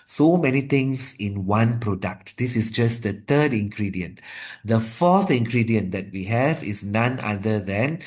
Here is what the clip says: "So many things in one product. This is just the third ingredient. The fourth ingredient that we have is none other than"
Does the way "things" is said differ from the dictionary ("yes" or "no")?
yes